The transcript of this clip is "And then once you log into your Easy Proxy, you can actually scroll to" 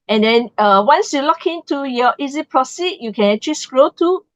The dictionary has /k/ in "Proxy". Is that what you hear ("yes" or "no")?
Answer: no